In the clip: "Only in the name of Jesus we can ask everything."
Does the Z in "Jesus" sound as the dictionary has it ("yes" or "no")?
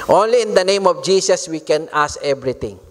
no